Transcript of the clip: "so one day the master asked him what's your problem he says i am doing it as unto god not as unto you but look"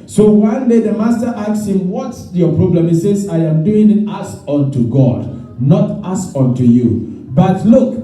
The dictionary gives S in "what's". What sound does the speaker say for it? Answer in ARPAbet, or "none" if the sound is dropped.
none